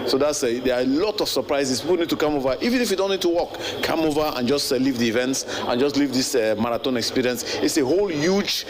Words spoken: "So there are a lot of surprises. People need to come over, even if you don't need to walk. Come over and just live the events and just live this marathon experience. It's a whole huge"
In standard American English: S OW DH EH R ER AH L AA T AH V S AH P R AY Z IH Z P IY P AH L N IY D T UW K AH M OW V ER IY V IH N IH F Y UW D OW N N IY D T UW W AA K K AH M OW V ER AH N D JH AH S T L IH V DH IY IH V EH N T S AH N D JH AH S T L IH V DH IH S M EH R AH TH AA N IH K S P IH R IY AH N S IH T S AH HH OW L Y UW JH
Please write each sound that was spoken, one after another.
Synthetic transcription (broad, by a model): S OW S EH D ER AH L AA T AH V S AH P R AY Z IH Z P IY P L N IY D T UW K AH M OW V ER IY V IH N IH F Y UW D OW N N IY D T UW W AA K K AH M OW V ER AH N JH AH S T L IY V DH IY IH V EH N T S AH N JH AH S T L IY V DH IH S M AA R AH T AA N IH K S P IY R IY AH N S IH T S AH HH OW L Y UW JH